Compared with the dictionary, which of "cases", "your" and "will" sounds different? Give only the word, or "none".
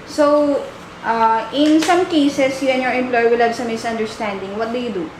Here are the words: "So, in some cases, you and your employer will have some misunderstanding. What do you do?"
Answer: cases